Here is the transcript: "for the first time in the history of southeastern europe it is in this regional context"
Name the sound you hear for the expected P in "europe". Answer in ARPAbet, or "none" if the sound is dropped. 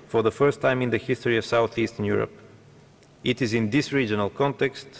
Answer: P